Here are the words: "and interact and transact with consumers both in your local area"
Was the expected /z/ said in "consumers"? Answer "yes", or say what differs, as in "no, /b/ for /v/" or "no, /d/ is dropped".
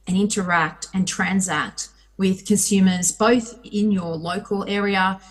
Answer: yes